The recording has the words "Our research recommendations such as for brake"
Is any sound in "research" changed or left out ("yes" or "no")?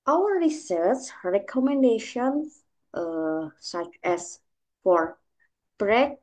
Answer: yes